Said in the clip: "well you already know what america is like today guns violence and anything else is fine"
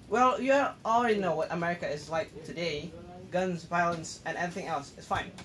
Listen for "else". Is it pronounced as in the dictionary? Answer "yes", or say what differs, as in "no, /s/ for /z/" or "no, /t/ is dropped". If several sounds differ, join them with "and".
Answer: yes